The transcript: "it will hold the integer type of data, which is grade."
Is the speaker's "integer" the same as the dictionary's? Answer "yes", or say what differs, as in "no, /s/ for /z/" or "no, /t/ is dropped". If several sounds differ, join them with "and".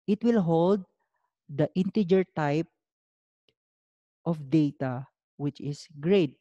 yes